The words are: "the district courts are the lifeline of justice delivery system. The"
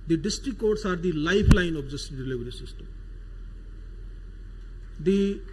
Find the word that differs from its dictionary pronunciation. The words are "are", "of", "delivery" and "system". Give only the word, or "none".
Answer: of